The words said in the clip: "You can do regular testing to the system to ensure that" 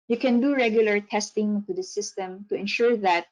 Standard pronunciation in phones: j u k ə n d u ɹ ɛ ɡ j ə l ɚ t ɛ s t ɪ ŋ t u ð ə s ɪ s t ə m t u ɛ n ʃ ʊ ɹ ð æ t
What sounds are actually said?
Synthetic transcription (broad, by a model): j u k ə n d u ɹ ɛ ɡ j ə l ɚ t ɛ s t ɪ ŋ t u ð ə s ɪ s t ə m t u ɛ n ʃ ʊ ɹ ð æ t